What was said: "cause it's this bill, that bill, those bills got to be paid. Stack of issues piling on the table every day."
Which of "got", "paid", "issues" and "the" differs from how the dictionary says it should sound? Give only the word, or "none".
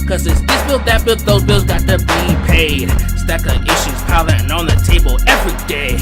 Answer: none